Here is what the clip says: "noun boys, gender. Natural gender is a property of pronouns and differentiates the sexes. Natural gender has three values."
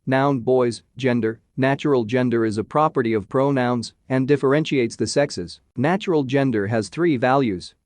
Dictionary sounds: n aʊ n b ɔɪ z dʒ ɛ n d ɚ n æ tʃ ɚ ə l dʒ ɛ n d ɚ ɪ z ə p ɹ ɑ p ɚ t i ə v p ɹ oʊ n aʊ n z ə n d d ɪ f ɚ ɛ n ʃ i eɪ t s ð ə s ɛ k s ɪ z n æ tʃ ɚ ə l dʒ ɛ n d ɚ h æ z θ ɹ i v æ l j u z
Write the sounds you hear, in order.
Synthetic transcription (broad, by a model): n aʊ n b ɔɪ z dʒ ɛ n d ɚ n æ tʃ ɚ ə l dʒ ɛ n d ɚ ɪ z ə p ɹ ɑ p ɚ t i ə v p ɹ oʊ n aʊ n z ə n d d ɪ f ɚ ɛ n ʃ i eɪ t s ð ə s ɛ k s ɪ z n æ tʃ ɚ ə l dʒ ɛ n d ɚ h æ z θ ɹ i v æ l j u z